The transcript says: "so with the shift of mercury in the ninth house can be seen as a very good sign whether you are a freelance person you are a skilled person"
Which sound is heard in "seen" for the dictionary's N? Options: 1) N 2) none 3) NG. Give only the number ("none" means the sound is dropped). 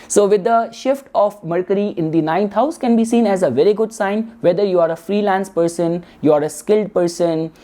1